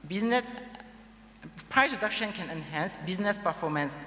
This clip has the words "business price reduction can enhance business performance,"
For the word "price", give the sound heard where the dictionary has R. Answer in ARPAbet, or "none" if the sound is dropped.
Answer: R